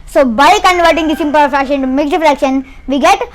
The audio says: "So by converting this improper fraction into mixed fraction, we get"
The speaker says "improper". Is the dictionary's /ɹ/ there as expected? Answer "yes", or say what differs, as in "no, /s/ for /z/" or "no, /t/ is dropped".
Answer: no, /ɹ/ is dropped